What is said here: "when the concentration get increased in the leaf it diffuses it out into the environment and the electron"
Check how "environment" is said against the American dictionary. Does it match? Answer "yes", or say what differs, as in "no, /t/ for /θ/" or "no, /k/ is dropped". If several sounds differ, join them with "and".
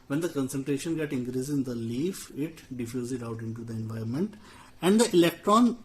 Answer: no, /ɹ/ is dropped